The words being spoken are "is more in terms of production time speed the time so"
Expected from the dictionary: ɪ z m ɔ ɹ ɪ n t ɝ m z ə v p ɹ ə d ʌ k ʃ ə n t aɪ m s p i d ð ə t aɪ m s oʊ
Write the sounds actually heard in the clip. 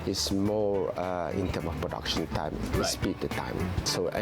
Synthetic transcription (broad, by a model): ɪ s m ɔ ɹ ɪ n t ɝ m ə f p ɹ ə d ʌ k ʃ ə n t aɪ m s p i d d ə t aɪ m s oʊ